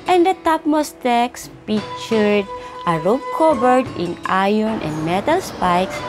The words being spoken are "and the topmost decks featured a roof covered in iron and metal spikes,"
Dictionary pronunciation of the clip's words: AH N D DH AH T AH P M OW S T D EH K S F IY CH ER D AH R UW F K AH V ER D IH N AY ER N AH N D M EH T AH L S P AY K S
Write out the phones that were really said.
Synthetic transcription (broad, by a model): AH N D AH T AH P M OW S T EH K S P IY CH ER D AH R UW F K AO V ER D IH N AY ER N AH N D M EH T AH L S P AY K S